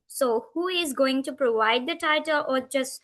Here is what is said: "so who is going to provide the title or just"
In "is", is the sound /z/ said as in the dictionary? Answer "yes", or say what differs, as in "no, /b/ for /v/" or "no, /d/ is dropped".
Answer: yes